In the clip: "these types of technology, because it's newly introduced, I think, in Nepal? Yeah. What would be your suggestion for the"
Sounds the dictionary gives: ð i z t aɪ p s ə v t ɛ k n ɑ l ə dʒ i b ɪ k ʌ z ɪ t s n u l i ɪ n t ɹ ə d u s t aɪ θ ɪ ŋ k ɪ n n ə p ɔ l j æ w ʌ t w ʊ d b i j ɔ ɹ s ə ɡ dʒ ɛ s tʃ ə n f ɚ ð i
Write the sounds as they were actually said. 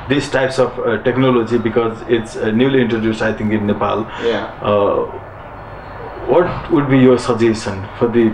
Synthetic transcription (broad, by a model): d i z t aɪ p s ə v t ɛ k n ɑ l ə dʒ i b ɪ k ʌ z ɪ t s n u l i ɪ n t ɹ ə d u s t aɪ t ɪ ŋ k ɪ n n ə p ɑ l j w ʌ t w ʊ d b i j ɔ ɹ s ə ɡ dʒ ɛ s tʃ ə n f ɚ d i